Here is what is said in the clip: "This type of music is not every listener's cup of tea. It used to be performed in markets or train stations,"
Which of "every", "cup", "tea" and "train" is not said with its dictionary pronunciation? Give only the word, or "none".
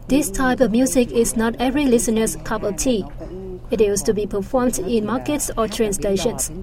none